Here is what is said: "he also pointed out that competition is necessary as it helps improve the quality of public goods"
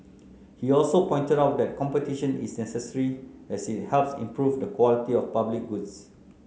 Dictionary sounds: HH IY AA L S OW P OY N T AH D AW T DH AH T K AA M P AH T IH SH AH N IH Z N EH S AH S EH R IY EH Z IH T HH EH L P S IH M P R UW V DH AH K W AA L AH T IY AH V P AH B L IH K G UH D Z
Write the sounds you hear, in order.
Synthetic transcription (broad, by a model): HH IY AA L S OW P OY N T AH D AW T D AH T K AA M P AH T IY SH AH N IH S N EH S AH S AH R IY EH S IH T HH EH L P S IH M P R UW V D AH K W AA L AH T IY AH F P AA B L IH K G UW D S